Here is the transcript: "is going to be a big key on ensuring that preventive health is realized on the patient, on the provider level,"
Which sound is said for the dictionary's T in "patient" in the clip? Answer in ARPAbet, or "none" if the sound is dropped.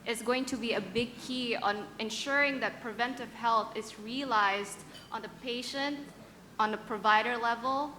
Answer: T